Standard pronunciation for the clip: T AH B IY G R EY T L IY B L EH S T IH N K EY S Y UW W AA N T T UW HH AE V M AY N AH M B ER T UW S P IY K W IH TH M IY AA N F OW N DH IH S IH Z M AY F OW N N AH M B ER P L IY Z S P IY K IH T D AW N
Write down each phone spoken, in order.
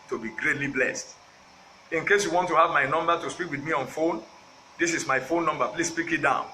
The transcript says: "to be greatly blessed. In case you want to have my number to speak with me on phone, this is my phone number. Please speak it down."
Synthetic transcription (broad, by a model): T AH B IY G R EY T L IY B L EH S T IH N K EY S Y UW W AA N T T UW HH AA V M AY N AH M B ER T UW S P IY K W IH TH M IY AA N F OW N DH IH S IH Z M AY F OW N N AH M B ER P L IY S P IY K IH T D AW N